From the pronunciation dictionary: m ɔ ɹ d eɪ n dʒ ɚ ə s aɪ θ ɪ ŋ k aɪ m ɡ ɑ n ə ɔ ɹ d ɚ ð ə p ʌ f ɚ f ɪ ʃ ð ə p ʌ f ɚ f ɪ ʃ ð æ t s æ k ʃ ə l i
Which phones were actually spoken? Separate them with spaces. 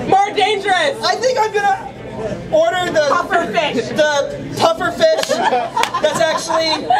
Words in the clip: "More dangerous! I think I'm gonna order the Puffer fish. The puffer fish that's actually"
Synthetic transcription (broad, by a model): m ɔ ɹ d eɪ n dʒ ɚ ə s aɪ θ ɪ ŋ k aɪ m ɡ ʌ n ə ɔ ɹ d ɚ ð ə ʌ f ɚ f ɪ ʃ ð ə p ʌ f ɚ f ɪ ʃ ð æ t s æ k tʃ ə l i